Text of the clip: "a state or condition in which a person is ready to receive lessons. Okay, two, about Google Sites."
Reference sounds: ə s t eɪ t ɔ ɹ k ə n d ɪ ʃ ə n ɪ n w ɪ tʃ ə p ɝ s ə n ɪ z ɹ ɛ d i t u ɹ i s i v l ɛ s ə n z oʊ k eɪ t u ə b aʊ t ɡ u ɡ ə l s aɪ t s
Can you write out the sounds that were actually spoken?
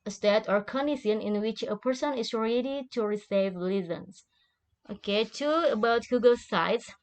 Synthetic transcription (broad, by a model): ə s t eɪ t ɔ ɹ k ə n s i ə n ɪ n w ɪ tʃ ə p ɝ s ə n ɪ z ɹ ɛ d i t u ɹ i s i v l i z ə n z oʊ k eɪ t u ə b aʊ t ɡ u ɡ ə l s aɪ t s